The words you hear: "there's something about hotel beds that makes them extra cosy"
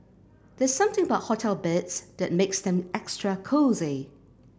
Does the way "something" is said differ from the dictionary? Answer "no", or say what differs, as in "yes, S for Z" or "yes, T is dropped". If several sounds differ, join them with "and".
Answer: no